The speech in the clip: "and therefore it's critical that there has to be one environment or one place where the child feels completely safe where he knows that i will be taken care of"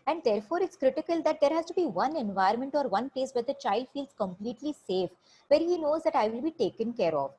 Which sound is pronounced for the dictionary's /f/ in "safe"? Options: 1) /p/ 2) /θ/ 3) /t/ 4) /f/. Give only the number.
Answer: 4